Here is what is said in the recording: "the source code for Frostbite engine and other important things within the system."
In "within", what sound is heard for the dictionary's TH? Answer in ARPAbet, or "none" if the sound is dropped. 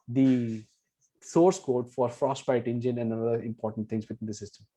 T